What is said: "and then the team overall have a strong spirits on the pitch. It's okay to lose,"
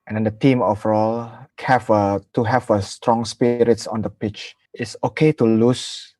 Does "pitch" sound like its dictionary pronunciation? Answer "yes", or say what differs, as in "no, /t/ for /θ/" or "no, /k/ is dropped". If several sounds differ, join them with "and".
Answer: yes